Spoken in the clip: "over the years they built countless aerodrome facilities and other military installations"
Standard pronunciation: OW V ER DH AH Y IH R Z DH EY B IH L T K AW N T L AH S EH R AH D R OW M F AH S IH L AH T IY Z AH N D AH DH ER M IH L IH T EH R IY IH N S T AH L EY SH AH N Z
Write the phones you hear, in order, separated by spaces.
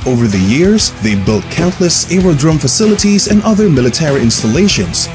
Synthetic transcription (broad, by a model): OW V ER DH AH Y IH R Z DH EY B IH L T K AW N T L AH S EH R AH D R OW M F AH S IH L AH T IY Z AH N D AH DH ER M IH L IH T EH R IY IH N S T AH L EY SH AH N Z